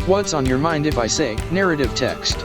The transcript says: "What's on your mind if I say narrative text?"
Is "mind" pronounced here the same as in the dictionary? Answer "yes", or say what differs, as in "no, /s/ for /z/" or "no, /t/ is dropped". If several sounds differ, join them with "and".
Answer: yes